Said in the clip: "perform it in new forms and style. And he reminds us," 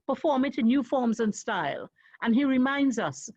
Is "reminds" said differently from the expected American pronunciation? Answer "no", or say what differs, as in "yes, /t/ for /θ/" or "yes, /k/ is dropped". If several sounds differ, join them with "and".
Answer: no